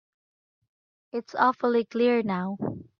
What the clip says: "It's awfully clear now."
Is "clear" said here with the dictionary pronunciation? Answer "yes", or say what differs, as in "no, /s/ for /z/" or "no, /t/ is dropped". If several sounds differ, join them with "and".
yes